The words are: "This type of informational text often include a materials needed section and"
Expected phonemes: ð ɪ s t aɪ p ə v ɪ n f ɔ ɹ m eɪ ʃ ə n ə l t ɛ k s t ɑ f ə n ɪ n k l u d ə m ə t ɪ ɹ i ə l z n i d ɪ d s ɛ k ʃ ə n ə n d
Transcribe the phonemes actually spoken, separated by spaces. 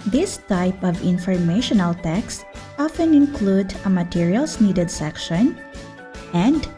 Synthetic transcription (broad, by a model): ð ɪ s t aɪ p ə v ɪ n f ɔ ɹ m eɪ ʃ ə n ə l t ɛ k s t ɑ f ə n ɪ n k l u d ə m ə t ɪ ɹ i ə l s n i d ɪ d s ɛ k ʃ ə n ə n d